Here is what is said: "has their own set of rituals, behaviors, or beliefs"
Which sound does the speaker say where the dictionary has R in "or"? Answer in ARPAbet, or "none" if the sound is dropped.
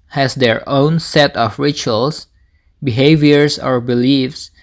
R